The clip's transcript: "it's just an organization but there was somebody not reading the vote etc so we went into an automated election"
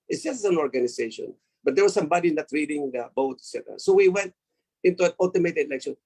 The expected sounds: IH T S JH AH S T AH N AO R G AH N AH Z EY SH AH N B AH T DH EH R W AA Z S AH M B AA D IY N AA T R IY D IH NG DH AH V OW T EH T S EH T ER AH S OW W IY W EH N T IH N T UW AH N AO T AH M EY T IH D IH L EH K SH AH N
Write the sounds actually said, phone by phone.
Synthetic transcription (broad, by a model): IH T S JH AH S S AH N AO R G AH N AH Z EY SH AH N B AH T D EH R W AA S AH M B AA D IY N AA T R IY D IH NG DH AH B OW T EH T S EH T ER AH S OW W IY W EH N T IH N T UW AH N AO T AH M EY T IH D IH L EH K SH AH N